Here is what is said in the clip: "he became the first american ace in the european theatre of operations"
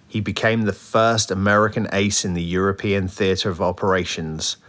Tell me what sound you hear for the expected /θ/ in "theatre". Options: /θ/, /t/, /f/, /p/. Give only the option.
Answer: /θ/